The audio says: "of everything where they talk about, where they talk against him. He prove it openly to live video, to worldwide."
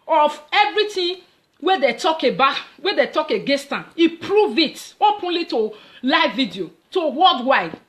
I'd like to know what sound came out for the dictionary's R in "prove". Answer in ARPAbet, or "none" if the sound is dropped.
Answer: R